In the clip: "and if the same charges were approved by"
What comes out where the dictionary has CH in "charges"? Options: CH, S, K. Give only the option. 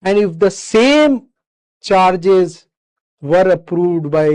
CH